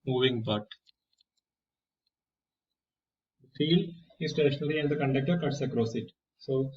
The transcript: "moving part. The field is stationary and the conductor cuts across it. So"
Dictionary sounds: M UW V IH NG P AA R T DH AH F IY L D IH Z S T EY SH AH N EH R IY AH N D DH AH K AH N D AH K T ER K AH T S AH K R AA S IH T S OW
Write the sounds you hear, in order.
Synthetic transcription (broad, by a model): M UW V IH NG B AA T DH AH F IY L D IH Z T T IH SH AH N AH L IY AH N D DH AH K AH N D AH K T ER K AH T S AH K R AA S IH T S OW